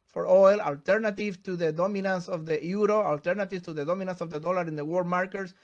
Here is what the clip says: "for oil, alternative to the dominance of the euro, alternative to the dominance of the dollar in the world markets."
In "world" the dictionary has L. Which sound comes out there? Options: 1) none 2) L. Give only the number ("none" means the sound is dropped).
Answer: 1